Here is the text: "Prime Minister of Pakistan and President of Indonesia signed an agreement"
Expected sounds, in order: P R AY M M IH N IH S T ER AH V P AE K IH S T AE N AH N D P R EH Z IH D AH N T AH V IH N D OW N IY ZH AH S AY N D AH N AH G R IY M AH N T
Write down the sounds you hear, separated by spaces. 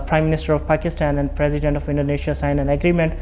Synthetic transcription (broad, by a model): P R AY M M IH N IH S T ER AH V P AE K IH S T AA N AH N D P R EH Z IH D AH N T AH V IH N D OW N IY SH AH S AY N AH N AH G R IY M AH N T